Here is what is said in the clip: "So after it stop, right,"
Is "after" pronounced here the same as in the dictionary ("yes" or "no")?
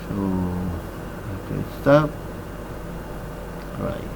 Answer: no